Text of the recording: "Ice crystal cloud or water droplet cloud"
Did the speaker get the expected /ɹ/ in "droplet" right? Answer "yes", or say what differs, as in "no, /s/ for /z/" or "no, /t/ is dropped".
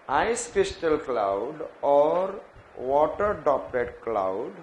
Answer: no, /ɹ/ is dropped